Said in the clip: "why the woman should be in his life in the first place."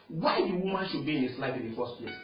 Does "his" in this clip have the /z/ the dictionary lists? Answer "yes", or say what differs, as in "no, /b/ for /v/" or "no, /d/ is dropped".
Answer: no, /s/ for /z/